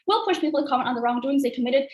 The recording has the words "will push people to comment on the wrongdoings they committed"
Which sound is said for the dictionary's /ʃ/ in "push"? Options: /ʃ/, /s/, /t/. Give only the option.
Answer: /ʃ/